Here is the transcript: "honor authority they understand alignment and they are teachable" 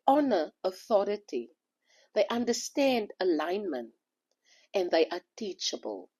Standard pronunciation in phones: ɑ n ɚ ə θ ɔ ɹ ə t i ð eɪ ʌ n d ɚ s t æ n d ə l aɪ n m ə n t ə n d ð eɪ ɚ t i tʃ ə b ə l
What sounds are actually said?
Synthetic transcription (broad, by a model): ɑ n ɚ ə θ ɔ ɹ ə t i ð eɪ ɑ n d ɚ s t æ n d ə l aɪ n m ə n t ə n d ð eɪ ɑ t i tʃ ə b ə l